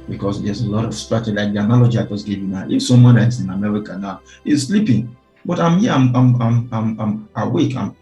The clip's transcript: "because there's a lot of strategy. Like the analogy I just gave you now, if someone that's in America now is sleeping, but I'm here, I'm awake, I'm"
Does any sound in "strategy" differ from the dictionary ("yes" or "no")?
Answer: yes